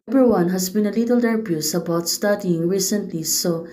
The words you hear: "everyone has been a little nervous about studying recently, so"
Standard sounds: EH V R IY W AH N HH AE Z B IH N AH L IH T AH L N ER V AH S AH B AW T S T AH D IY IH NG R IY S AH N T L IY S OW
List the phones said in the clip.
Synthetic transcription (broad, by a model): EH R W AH N HH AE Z B IH N AH L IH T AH L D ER B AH S AH B AW T S T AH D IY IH NG R IY S AH N T L IY S OW